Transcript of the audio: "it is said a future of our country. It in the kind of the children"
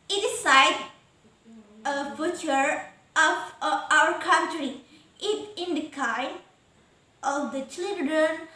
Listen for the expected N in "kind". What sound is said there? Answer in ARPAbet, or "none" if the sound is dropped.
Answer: none